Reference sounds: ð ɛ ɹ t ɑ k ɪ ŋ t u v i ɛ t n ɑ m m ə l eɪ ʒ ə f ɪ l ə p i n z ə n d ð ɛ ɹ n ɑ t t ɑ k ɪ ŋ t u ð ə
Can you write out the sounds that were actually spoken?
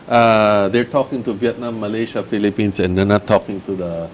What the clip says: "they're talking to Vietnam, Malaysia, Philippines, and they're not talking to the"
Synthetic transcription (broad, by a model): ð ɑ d t ɑ k ɪ ŋ t u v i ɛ t n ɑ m m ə l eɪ ʃ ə f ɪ l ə p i n s ə n d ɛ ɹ n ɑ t t ɑ k ɪ ŋ t u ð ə